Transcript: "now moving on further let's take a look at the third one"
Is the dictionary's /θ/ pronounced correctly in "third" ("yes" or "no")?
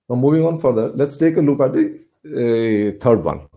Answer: no